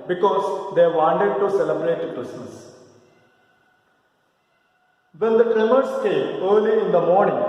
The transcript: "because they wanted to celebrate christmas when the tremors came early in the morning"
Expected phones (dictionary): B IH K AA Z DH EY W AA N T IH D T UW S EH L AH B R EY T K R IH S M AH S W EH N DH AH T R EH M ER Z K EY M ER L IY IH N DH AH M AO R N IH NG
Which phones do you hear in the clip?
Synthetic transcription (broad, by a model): B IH K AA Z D EY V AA N T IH D T UW S EH L AH B R EY T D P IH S AH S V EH N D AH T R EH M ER S K EY M ER L IY IH N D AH M AO R N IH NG